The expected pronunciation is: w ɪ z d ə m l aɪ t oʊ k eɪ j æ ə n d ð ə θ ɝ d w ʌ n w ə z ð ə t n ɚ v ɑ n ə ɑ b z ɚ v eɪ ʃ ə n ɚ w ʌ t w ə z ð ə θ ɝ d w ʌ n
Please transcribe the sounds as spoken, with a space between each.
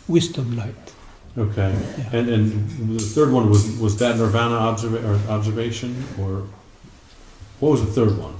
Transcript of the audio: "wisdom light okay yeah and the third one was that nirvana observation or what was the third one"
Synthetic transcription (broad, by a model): w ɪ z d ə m l aɪ t oʊ k eɪ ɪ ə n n ð ə θ ɝ d w ʌ n w ə z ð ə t n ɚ v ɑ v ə ɑ b z ɚ v eɪ ʃ ə n ɚ w ʌ t w ə z ð ə θ ɝ d w ʌ n